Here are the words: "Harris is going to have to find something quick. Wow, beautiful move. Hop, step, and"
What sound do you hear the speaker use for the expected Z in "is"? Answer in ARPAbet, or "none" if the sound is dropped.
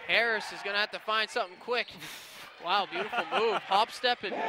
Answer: Z